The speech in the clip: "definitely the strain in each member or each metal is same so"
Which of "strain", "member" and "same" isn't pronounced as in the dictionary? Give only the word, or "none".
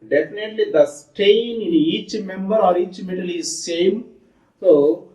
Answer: strain